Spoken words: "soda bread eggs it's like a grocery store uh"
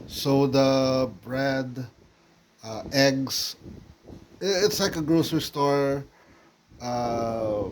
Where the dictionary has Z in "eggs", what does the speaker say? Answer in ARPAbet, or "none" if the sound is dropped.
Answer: S